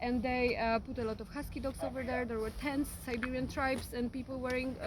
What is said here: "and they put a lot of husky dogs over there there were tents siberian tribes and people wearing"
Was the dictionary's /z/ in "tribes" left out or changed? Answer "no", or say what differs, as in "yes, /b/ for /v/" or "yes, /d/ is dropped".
yes, /s/ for /z/